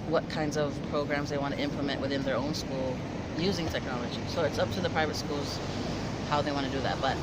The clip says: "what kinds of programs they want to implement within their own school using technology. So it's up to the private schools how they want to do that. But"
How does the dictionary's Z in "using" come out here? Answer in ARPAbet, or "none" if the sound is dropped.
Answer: Z